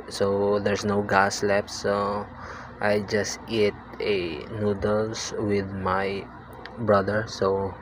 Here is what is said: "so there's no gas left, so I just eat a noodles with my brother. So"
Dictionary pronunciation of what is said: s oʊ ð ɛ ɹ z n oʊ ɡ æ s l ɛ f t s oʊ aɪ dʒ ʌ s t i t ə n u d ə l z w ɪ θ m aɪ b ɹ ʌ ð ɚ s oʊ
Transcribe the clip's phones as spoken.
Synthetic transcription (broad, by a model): s oʊ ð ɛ ɹ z n oʊ ɡ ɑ s l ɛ p t aɪ dʒ ʌ s t i t ə n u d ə l s w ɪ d m aɪ b ɹ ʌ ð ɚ s oʊ